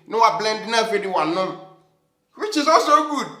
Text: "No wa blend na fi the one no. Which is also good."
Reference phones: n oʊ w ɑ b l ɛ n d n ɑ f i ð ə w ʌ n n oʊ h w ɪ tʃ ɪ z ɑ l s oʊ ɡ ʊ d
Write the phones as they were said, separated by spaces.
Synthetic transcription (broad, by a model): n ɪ w ɑ b l ɛ n d n ɑ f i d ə w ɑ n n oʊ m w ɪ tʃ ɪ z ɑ s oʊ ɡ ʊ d